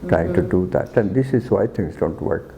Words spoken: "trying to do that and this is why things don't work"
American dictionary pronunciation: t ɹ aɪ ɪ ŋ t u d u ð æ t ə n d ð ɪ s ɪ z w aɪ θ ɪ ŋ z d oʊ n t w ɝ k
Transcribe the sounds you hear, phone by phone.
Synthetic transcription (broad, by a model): t ɹ aɪ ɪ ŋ t u d u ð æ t ə n d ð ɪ s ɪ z w aɪ t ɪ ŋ s d oʊ n t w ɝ k